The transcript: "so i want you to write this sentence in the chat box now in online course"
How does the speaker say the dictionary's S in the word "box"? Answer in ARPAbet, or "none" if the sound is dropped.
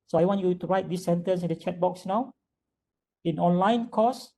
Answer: S